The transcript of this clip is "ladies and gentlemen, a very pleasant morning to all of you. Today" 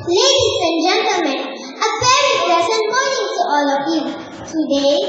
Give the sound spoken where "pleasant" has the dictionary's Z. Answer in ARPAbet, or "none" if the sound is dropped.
S